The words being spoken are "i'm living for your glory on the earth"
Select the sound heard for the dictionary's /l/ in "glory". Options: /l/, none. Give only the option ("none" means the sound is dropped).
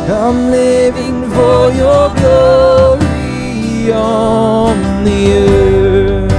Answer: none